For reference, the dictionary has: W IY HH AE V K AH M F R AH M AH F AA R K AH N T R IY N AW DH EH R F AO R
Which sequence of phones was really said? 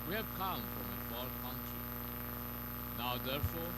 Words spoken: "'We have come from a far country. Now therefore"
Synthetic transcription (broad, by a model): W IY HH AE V K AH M F R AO M AH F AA L K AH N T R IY N AW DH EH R F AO